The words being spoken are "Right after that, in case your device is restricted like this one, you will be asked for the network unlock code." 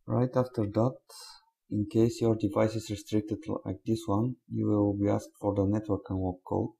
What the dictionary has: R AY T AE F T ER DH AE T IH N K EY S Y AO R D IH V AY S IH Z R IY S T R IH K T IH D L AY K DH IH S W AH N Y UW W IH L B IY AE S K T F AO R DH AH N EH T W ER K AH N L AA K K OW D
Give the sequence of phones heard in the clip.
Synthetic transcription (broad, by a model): R AY T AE F T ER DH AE T IH N K EY S Y AO R D IH V AY S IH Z R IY S T R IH K T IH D L AY K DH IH S W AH N Y UW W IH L B IY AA S K T F AO R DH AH N EH T W ER K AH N W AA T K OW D